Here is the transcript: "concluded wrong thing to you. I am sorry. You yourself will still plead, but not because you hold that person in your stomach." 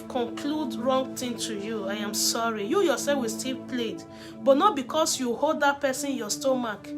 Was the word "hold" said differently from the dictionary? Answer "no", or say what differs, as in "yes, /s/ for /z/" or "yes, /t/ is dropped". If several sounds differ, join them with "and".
no